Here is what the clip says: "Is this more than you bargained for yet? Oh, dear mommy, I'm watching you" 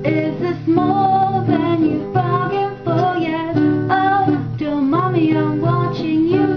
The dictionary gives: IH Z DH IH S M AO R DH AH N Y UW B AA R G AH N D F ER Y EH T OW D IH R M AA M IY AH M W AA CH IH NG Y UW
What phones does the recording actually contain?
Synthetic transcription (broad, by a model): IH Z DH IH S M AO L DH AH N Y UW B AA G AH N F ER Y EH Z OW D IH L M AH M IY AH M W AA CH IH NG Y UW